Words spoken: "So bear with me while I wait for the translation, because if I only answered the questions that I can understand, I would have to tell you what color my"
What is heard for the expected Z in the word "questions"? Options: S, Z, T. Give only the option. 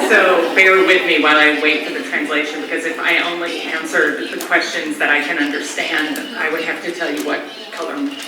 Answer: Z